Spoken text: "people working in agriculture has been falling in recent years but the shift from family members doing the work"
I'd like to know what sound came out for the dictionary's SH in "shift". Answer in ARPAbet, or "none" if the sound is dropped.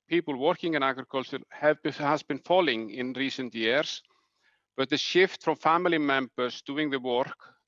SH